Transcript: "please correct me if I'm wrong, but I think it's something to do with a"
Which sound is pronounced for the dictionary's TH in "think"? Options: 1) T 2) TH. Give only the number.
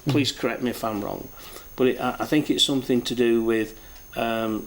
2